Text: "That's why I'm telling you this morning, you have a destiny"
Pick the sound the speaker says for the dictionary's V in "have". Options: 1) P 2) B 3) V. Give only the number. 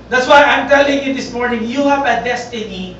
1